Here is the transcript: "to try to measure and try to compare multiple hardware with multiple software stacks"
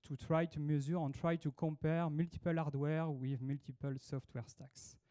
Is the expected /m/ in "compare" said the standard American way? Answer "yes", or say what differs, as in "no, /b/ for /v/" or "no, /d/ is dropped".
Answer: no, /m/ is dropped